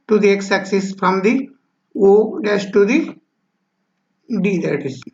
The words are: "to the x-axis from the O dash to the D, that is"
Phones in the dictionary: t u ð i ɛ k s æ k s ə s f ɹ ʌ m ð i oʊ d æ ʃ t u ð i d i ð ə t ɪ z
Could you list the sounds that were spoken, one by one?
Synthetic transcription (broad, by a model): t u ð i ɛ k s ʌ k s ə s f ɹ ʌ m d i oʊ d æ s t u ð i d i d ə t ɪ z